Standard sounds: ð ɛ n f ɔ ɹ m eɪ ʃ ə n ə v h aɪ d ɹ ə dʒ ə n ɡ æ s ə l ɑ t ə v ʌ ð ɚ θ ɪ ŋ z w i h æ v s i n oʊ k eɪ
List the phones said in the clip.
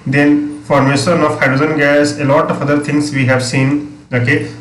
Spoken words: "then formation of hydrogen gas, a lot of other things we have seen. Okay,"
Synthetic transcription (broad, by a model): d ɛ n f ɔ ɹ m eɪ ʃ ə n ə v h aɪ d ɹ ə z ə n ɡ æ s ə l ɑ t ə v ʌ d ɚ t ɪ ŋ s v i h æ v s i n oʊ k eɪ